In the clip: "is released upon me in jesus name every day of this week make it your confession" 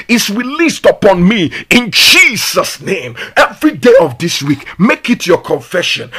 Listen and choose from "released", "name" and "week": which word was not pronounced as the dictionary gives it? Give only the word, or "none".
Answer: none